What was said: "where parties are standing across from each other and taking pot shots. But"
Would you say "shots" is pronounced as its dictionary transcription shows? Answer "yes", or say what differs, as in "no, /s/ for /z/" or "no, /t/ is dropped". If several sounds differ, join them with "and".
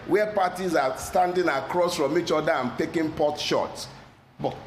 no, /s/ is dropped